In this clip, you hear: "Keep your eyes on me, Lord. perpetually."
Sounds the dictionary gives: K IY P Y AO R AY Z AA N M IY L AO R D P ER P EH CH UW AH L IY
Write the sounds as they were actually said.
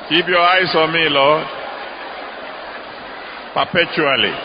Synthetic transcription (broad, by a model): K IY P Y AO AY S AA M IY L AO P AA P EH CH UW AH L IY